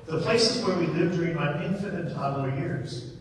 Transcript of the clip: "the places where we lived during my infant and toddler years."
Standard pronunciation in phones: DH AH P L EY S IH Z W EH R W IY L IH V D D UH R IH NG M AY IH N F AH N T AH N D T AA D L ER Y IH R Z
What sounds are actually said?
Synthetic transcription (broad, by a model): DH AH P L EY S IH Z W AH R W IY L IH V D D UH R IH NG M AY IH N F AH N AH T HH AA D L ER Y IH R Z